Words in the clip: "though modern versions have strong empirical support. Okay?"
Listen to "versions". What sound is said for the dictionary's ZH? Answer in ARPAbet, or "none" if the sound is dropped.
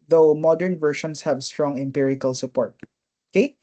SH